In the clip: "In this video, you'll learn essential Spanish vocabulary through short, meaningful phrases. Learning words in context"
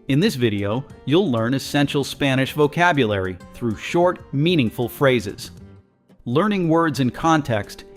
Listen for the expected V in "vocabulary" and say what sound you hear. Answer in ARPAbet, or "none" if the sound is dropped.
V